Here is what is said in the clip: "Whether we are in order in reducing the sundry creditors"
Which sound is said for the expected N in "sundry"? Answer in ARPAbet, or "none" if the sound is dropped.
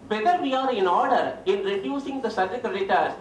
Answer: none